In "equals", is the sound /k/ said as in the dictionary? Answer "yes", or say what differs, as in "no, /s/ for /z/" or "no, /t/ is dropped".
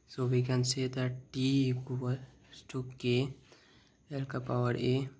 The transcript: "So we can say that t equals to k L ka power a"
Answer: no, /k/ is dropped